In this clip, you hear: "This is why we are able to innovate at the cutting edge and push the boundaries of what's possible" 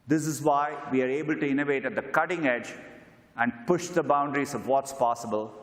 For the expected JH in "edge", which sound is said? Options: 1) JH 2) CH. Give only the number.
1